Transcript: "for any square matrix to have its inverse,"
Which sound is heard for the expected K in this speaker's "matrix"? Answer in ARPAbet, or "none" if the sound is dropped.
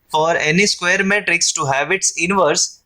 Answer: K